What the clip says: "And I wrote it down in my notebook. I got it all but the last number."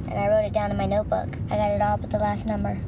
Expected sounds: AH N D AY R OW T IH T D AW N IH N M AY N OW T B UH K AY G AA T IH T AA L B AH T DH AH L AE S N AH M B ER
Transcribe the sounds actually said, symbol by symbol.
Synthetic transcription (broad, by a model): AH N AY R OW T IH T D AW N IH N M AY N OW T B UH K AY G AA T IH T AA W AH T DH AH L AE S N AH M B ER